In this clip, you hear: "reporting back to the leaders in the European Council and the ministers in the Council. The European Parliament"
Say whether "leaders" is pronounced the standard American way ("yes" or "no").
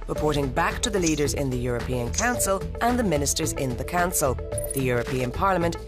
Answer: yes